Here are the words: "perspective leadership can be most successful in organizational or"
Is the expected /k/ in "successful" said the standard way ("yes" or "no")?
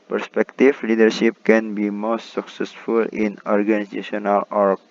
yes